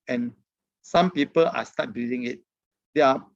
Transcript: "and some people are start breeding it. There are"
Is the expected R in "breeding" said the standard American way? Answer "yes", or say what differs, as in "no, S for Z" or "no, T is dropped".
no, R is dropped